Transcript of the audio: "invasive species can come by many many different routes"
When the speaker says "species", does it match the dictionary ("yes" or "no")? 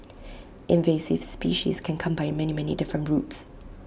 yes